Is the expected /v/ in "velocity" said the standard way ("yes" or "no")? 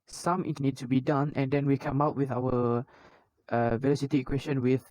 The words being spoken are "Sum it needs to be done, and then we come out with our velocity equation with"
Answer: yes